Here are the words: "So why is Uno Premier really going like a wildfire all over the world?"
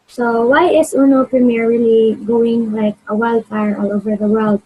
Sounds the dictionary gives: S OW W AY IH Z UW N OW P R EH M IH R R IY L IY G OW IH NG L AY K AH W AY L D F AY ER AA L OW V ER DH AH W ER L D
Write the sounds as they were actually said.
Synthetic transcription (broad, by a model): S OW W AY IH S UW N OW P R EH M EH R R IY L IY G OW IH NG L AY K AH W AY L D AY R AA L OW V ER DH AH W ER L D